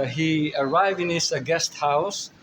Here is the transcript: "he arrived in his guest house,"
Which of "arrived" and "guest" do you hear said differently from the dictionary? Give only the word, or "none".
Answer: none